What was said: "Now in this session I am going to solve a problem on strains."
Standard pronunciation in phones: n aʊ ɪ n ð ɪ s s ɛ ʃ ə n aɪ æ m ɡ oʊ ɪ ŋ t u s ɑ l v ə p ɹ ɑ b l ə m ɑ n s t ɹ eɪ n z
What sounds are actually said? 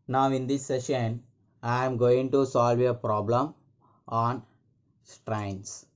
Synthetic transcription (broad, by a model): n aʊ ɪ n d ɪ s s ɛ ʃ ə n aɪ m ɡ oʊ ɪ ŋ t u s ɑ l v ə p ɹ ɑ b l ə m ɑ n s t ɹ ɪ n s